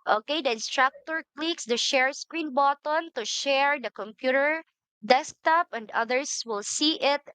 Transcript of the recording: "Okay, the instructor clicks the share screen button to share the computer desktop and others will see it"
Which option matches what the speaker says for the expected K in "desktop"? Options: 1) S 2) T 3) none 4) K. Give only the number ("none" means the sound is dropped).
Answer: 4